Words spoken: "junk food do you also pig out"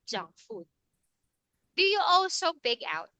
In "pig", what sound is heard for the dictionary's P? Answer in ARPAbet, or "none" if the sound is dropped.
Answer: B